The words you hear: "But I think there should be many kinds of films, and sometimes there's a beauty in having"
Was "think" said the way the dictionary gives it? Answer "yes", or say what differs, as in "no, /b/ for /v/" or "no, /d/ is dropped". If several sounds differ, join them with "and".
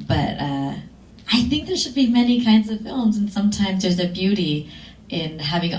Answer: yes